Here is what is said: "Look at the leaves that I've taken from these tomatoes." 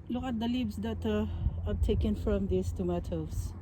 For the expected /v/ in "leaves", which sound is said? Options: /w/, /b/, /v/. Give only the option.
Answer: /b/